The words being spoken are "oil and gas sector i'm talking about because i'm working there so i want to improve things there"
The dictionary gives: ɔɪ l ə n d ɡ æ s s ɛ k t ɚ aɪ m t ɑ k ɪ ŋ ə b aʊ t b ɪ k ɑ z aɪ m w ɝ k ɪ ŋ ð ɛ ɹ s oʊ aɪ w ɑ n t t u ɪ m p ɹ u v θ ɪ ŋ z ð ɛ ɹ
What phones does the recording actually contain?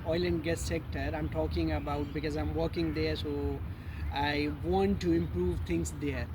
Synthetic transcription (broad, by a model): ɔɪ l ə n d ɡ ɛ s s ɛ k t ɚ aɪ m t ɑ k ɪ ŋ ə b aʊ t b ɪ k ɑ z aɪ m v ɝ k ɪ ŋ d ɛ ɹ s oʊ aɪ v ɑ n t t u ɪ m p ɹ u v t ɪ ŋ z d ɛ ɹ